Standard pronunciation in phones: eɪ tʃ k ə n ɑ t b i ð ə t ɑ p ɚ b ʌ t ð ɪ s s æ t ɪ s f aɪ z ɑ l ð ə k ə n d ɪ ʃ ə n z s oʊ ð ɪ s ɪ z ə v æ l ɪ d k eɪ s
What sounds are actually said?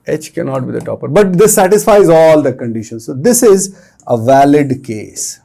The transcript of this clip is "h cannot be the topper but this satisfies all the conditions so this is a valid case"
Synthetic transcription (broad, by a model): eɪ tʃ k ə n ɑ t b i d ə t ɑ p ɚ b ʌ t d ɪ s s æ t ɪ s f aɪ z ɑ l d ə k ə n d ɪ ʃ ə n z s oʊ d ɪ s ɪ z ə v æ l ɪ d k eɪ s